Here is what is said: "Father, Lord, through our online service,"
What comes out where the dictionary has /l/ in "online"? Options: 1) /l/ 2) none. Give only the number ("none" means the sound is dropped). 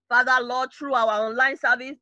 1